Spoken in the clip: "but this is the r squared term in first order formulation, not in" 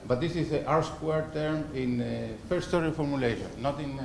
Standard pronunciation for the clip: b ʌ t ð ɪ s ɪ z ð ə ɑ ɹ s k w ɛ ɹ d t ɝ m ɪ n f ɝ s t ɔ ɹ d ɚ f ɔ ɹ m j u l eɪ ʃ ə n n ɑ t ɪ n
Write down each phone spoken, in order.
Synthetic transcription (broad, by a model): b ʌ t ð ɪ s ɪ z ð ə ɑ ɹ s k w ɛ ɹ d t ɝ m ɪ n f ɝ s t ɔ ɹ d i f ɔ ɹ m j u l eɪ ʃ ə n n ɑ t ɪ n